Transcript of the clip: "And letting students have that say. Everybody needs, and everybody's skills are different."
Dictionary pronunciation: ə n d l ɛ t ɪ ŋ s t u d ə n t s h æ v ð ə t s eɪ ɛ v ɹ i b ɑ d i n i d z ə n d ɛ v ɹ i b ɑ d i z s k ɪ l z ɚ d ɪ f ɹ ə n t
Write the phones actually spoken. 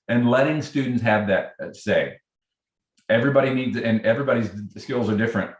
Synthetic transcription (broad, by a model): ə n l ɛ t ɪ ŋ s t u d n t s h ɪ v ð ə t s eɪ ɛ v ɹ i b ɑ d i n i d z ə n ɛ v ɹ i b ɑ d i z s k ɪ l z ɚ d ɪ f ɹ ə n t